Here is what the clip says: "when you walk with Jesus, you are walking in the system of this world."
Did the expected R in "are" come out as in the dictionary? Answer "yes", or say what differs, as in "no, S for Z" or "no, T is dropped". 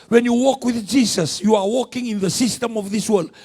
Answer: yes